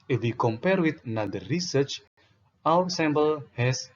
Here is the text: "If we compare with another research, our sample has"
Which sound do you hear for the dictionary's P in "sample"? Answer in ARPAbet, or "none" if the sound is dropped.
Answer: B